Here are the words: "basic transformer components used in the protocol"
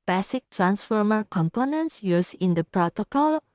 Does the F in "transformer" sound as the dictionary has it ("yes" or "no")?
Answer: yes